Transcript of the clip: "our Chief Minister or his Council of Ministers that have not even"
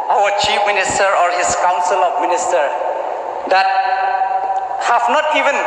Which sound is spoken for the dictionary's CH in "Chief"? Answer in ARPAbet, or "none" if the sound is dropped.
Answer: CH